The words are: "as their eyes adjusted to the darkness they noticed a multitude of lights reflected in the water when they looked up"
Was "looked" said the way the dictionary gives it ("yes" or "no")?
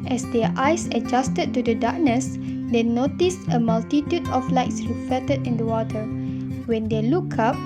no